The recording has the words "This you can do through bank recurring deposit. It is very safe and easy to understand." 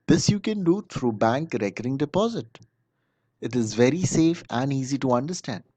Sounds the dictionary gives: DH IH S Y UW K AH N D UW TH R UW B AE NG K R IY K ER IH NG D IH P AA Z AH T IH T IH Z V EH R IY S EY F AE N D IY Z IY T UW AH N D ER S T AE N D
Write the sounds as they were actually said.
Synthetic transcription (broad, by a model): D IH S Y UW K AH N D UW T R UW B AE NG K R IY K ER IH NG D IH P AA Z AH T IH T IH Z V EH R IY S EY F AE N D IY Z IY T UW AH N D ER S T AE N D